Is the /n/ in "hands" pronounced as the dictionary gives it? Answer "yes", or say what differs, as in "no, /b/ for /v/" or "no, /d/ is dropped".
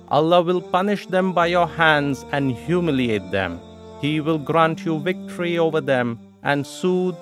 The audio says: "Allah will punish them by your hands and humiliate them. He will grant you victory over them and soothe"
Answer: yes